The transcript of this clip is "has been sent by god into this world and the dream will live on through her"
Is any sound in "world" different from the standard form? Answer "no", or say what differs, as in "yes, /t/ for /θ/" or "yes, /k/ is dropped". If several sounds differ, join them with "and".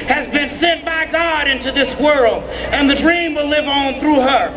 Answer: no